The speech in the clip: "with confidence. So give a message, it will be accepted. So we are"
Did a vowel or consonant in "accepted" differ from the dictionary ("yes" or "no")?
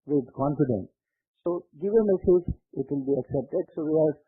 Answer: no